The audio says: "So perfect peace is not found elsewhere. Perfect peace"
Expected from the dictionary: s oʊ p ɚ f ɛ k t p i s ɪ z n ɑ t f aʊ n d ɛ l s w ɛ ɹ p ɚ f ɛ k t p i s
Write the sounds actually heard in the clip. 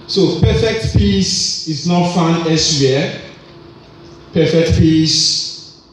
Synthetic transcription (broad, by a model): s oʊ p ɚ f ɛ k t p i s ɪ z n ɑ t f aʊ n ɛ s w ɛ p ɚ f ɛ k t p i s